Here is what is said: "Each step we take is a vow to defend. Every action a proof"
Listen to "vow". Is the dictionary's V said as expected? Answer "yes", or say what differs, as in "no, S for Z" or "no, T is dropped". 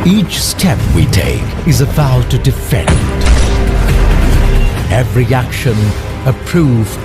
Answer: no, B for V